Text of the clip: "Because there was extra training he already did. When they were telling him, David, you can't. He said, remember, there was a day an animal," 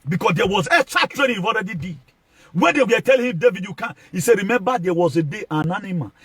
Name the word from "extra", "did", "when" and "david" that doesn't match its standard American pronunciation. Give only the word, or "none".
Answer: extra